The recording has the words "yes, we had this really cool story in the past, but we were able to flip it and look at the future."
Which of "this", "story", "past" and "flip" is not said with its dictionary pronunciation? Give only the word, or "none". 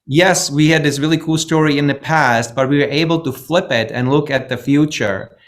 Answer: none